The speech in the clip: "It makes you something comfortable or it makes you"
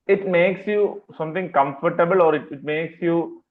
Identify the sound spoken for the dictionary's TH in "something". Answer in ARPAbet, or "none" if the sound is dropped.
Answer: T